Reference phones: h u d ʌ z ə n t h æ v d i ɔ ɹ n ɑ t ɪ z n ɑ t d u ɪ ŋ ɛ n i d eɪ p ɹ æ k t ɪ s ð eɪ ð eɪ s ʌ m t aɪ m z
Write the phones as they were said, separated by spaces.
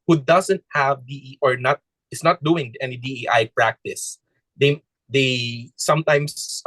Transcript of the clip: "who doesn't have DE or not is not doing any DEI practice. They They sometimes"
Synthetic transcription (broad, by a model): h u d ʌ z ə n t h æ v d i ɔ ɹ n ɑ t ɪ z n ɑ t d u ɪ ŋ ɛ n i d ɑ p ɹ æ k t ɪ s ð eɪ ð eɪ s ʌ m t aɪ m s